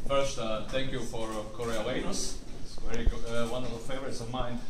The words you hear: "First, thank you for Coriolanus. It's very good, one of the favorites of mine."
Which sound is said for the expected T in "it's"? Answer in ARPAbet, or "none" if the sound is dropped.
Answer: S